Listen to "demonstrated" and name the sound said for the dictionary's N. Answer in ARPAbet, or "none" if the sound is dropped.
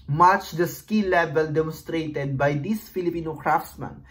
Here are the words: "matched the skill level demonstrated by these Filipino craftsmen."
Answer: N